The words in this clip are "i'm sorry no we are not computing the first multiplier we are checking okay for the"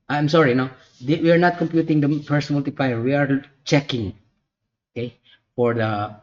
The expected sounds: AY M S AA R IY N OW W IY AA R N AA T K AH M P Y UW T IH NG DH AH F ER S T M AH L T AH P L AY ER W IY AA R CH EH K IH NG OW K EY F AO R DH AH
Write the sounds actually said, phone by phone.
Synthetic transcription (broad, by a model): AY M S AA R IY N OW W IY AA R N AA T K AH M P Y UW T IH NG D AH P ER S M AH L T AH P L AY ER W IY AA R CH EH K IH NG OW K EY F AO R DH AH